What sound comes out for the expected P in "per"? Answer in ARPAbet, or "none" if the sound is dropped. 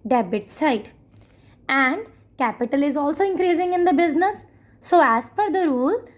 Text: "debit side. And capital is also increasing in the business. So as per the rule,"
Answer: F